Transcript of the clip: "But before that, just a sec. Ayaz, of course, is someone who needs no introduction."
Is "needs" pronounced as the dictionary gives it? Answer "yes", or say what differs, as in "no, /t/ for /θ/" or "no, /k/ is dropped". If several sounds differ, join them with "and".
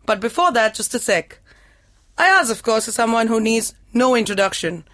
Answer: yes